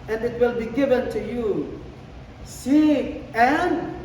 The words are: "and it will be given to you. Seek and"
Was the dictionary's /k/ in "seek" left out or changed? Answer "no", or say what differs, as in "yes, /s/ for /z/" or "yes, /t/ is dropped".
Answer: yes, /k/ is dropped